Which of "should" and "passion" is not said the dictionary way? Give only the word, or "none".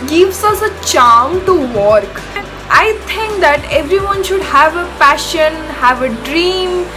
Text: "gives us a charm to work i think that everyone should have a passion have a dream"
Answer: passion